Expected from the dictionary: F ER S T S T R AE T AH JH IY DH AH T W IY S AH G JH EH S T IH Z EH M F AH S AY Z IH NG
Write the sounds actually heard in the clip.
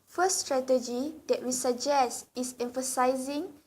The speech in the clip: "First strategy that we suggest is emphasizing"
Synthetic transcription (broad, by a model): F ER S S T R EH T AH JH IY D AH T W IY S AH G JH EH S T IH S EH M F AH S AY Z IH NG